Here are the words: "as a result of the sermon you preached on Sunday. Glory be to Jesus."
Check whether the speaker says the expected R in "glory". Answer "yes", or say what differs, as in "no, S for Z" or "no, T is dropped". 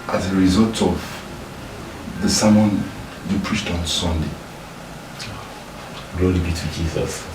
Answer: no, L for R